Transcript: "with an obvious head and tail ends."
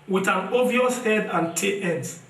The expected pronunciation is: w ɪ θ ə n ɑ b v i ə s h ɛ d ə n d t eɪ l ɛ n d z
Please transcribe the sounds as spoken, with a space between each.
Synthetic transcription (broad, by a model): w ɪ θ ə n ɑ v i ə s h ɛ d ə n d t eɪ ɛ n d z